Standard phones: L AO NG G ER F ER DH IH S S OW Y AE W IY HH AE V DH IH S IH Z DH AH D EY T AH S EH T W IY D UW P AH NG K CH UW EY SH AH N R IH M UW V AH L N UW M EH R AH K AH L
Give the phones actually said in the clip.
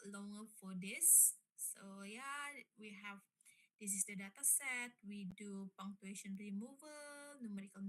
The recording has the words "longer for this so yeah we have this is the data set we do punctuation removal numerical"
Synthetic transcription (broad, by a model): L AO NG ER F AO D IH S S OW Y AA W IY HH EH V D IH S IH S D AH D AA T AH S EH T W IY D UW P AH NG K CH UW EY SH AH N R IH M UW V AH L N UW M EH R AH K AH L